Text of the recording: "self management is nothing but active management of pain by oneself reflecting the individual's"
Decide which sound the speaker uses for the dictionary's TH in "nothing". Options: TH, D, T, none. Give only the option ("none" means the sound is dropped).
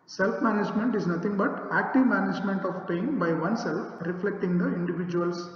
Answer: T